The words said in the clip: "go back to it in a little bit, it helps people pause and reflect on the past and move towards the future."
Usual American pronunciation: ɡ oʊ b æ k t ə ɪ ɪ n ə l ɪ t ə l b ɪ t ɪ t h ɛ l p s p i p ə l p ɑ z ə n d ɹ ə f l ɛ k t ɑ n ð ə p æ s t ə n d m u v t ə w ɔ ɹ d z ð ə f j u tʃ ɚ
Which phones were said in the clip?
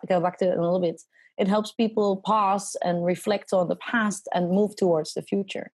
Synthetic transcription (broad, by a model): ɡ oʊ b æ k t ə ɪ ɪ ə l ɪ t l b ɪ t ɪ t h ɛ l p s p i p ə l p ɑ s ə n ɹ ə f l ɛ k t n ð ə p æ s t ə n m u v t ə w ɔ ɹ d z ð ə f j u tʃ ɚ